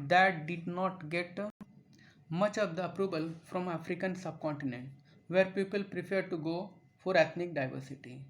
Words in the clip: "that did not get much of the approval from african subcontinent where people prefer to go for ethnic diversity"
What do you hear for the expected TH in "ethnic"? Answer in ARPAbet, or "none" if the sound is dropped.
T